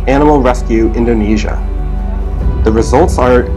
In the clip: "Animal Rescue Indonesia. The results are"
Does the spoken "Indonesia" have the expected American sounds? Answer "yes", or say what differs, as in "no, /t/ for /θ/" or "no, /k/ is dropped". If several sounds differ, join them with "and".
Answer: yes